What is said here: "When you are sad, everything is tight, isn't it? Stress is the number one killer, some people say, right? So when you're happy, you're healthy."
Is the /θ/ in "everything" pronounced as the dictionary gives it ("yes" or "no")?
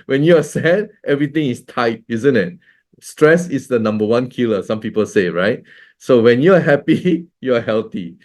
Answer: no